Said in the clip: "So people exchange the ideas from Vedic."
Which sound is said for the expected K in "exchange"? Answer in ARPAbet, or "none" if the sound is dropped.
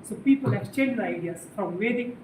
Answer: none